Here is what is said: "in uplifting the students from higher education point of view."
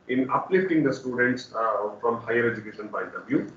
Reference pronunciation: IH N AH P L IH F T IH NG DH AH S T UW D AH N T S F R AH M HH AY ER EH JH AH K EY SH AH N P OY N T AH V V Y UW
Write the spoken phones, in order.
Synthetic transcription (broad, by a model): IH N AH P L IH F T IH NG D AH S T UW D AH N T S F R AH M HH AY ER EH JH AH K EY SH AH N B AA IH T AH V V Y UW